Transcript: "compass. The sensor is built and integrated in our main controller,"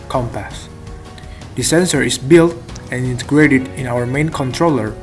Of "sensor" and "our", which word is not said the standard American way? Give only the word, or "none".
none